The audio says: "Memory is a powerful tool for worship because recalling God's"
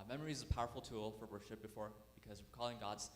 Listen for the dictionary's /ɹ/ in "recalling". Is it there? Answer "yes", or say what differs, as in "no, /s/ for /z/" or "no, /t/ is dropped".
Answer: no, /w/ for /ɹ/